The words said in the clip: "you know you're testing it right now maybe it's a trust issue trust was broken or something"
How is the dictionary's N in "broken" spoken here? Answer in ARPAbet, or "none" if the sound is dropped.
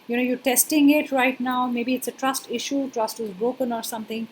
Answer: N